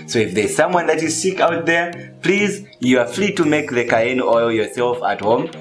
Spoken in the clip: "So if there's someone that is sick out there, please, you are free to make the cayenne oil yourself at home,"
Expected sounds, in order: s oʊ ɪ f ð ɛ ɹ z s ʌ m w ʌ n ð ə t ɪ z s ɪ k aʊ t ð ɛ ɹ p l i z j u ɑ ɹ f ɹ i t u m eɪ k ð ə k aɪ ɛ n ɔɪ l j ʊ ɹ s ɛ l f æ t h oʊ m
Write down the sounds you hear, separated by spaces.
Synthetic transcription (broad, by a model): s oʊ ɪ f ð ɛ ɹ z s ʌ m w ʌ n ð ə t ɪ z s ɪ k aʊ t ð ɛ ɹ p l i z j u ɑ ɹ f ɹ i t u m eɪ k ð ə k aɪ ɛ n ɔɪ l j ʊ ɹ s ɛ l f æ t h oʊ m